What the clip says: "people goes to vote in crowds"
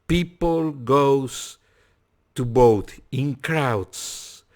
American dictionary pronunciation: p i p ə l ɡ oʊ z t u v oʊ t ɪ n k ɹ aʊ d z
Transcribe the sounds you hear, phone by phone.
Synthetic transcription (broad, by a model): p i p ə l ɡ oʊ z t u b oʊ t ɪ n k ɹ aʊ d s